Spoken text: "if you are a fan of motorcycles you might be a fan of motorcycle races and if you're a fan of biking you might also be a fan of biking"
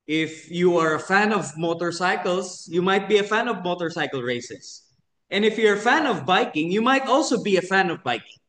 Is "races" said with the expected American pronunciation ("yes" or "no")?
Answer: no